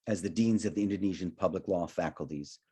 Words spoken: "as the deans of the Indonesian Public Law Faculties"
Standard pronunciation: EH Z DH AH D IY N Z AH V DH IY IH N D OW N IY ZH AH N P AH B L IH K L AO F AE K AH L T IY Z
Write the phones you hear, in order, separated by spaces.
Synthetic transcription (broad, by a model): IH Z DH AH D IY N Z AH V DH IY IH N D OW N IY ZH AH N P AH B L IH K L AO F AE K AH L T IY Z